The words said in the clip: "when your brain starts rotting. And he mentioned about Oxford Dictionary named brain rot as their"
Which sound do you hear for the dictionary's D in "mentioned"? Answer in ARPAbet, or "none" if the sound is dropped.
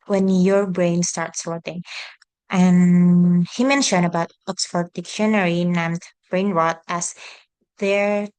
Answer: none